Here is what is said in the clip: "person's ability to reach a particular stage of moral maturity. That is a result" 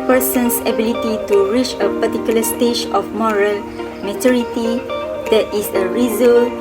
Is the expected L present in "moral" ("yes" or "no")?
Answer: yes